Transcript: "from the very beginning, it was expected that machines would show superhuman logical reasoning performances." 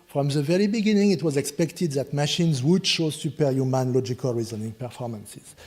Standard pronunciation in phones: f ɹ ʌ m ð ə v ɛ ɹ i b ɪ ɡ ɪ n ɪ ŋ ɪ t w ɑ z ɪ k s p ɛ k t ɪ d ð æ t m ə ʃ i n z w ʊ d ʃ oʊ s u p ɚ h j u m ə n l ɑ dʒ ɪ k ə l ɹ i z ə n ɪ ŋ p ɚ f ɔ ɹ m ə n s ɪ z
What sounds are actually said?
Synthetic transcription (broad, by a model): f ɹ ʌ m ð ə v ɛ ɹ i b ɪ ɡ ɪ n ɪ ŋ ɪ t w ɑ z ɪ k s p ɛ k t ɪ d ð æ t m ə ʃ i n z w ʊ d ʃ oʊ s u p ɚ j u m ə n l ɑ dʒ ɪ k ə l ɹ i z ə n ɪ ŋ p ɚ f ɔ ɹ m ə n s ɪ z